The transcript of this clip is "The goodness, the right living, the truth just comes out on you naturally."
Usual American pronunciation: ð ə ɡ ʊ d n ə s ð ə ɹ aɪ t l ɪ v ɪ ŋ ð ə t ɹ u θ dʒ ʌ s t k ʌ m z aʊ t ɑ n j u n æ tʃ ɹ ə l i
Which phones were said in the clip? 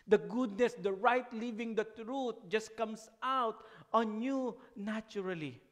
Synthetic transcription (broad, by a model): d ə ɡ ʊ d n ə s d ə ɹ aɪ t l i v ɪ ŋ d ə t ɹ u t dʒ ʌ s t k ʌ m s aʊ t ɑ n j u n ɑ tʃ ɹ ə l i